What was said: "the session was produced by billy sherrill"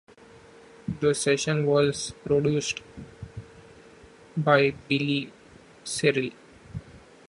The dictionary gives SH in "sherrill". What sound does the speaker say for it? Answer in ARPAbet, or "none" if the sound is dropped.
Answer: S